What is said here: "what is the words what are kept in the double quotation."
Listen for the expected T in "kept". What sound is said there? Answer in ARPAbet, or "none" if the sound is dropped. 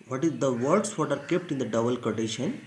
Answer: T